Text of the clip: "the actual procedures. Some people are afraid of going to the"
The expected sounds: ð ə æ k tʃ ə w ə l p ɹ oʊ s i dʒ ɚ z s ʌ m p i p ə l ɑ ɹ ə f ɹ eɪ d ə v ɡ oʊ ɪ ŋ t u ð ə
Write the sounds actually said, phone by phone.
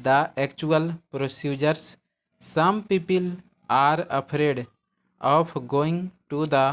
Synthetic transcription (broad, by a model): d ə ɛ k tʃ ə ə l p ɹ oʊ s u dʒ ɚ s ʌ m p i p ə l ɑ ɹ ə p ɹ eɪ d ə p ɡ oʊ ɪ ŋ t u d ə